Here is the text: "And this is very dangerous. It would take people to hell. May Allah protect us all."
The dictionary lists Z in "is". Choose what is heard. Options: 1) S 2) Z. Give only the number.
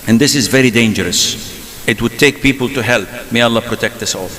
2